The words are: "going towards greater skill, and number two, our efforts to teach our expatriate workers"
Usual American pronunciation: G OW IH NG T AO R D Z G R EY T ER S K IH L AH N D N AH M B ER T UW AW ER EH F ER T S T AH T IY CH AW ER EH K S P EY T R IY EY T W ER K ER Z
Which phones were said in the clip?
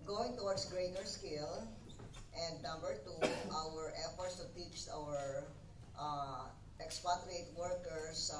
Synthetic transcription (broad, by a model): G OW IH NG T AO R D S G R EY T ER S K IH L AH N D N AH M B ER T UW AW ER EH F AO T S T AH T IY S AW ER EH K S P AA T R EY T W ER K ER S